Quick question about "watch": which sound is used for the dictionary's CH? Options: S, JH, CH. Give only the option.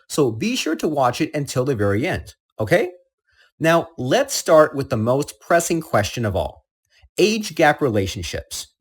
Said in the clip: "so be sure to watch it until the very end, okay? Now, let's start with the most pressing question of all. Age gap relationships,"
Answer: CH